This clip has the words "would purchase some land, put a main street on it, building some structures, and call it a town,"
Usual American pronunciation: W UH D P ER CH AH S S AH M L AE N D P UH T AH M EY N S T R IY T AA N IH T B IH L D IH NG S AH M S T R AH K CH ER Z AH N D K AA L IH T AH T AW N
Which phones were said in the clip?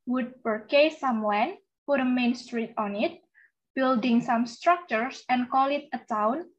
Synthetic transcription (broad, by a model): W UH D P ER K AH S S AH M W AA N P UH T AH M EY N S T R IY T AA N IH T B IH L D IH NG S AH M S T R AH K CH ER S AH N K AA L IH T AH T AW N